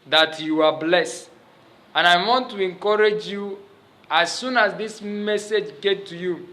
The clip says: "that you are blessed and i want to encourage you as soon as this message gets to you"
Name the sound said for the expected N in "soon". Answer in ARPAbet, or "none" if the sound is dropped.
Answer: N